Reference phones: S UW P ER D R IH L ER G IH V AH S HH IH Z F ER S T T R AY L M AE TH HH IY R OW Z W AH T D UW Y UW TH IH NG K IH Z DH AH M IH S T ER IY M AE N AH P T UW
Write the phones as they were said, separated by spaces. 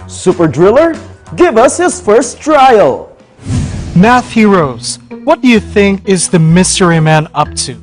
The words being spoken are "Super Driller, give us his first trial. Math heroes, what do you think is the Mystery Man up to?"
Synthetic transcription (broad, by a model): S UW P ER D R IH L ER G IH V AH S HH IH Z F ER S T T R AY L M AE TH HH IY R OW Z W AH T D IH Y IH TH IH NG K IH Z DH AH M IH S T ER IY M AE N AH P T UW